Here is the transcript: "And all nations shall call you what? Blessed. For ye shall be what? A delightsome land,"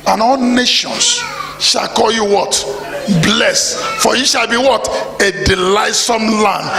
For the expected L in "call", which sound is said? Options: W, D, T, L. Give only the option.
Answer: L